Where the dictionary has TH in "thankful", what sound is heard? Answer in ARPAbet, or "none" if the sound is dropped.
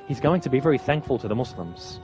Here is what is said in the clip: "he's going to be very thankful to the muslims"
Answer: TH